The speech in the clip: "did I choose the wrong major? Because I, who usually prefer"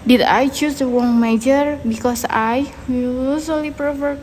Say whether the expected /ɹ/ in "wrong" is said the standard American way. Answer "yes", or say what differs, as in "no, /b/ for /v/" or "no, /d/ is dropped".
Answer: no, /w/ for /ɹ/